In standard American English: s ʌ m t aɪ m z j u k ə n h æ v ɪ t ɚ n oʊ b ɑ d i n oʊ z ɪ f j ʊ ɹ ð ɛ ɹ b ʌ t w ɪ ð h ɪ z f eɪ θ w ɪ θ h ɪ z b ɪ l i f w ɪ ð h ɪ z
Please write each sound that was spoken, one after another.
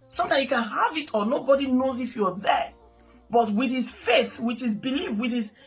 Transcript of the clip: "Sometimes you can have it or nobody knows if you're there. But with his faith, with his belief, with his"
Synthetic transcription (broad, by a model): s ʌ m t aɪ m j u k ə n h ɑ v ɪ t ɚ n oʊ b ɑ d i n oʊ z ɪ f j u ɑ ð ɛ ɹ b ʌ t w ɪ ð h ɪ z f eɪ θ w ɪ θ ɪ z b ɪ l i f w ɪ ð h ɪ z